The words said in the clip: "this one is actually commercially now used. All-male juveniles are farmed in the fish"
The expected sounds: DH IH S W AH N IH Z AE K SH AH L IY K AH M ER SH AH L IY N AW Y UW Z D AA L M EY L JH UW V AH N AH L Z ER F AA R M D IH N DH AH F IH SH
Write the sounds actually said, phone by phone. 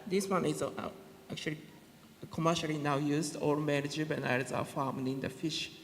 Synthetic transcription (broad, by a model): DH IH S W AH N IH Z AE K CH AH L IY K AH M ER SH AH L IY N AW Y UW Z D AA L M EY N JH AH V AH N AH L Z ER F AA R M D IH N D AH F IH SH